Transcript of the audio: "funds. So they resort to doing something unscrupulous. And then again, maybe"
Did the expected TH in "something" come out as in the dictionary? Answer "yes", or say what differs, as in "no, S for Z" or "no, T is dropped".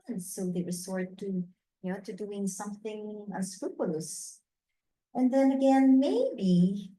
yes